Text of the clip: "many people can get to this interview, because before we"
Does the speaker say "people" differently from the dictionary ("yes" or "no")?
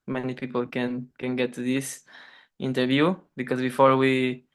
yes